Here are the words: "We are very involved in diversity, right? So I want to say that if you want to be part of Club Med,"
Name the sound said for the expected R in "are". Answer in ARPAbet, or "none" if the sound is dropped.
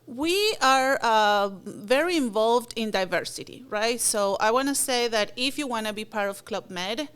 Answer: R